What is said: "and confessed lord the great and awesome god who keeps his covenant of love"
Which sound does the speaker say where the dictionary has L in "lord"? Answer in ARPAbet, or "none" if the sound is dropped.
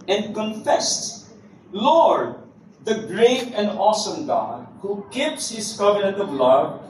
L